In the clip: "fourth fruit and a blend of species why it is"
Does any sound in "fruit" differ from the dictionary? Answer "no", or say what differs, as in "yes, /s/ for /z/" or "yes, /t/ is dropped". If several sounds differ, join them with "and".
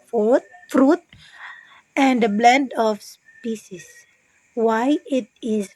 no